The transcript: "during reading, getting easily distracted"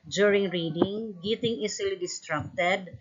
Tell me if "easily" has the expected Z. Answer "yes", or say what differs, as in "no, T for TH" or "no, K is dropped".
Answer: no, S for Z